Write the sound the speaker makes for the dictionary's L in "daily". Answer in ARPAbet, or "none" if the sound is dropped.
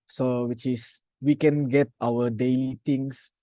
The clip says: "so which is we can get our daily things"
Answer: L